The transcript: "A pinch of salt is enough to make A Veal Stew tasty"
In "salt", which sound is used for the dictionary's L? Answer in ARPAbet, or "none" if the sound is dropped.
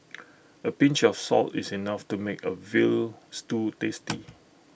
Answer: L